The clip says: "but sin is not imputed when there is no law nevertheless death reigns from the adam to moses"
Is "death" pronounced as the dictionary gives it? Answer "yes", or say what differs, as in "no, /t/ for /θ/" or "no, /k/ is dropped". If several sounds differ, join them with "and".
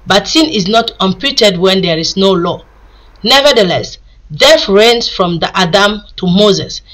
no, /f/ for /θ/